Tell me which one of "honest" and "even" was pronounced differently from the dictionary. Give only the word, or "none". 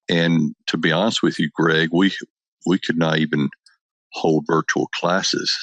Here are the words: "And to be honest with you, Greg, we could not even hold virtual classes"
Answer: none